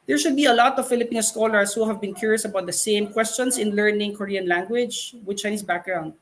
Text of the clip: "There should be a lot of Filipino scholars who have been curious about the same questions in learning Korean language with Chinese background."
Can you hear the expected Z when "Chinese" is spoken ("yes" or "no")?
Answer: no